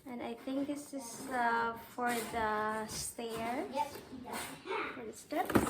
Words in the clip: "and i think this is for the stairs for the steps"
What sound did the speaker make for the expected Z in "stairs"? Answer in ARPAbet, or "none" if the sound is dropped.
none